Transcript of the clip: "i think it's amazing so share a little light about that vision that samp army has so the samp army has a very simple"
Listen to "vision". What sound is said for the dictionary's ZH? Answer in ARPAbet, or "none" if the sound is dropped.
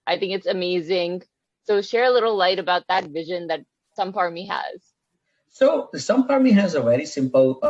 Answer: ZH